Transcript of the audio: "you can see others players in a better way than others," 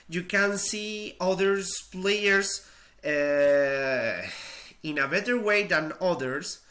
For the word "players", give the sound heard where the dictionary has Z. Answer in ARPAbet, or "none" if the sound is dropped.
S